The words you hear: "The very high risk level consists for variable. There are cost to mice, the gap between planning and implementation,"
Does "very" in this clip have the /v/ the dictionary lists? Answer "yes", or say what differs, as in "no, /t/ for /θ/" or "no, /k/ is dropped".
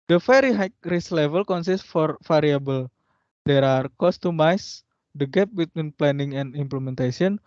no, /f/ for /v/